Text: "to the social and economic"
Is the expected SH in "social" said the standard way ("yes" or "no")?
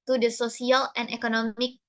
no